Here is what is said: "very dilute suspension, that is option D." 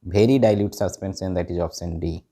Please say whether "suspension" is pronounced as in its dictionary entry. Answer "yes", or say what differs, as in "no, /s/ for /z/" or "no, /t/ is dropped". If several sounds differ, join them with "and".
no, /s/ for /ʃ/